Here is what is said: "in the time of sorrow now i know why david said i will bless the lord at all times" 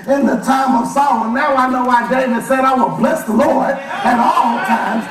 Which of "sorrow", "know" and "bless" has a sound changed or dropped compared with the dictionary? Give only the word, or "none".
sorrow